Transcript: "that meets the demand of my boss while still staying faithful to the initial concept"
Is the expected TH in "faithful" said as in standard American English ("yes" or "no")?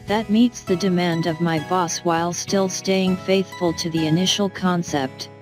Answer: yes